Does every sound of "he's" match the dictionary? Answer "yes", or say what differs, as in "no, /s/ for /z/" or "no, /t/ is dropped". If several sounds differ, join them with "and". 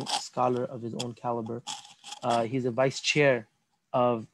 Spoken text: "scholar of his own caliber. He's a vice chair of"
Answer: yes